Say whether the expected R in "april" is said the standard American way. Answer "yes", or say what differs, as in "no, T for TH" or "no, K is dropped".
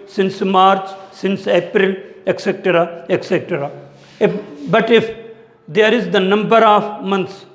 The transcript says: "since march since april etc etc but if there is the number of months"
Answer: yes